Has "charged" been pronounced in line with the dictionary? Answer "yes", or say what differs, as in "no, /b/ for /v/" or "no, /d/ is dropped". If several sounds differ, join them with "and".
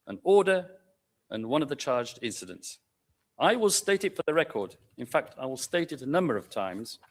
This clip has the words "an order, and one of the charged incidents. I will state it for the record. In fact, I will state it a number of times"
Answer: yes